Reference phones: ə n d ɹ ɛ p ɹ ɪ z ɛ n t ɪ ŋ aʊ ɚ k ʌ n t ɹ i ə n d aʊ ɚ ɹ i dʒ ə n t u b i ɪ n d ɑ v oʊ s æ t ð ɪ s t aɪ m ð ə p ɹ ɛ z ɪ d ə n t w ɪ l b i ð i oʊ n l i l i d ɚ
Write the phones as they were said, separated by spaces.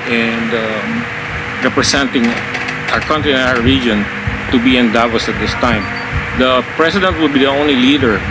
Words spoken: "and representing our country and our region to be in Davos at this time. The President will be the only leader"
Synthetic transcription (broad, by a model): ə n d ɹ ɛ p ɹ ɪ s ɛ n t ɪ ŋ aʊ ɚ k ʌ n t ɹ i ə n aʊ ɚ ɹ i dʒ ə n t u b i ɪ n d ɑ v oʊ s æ t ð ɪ s t aɪ m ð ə p ɹ ɛ s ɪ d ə n t w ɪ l b i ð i oʊ n l i l i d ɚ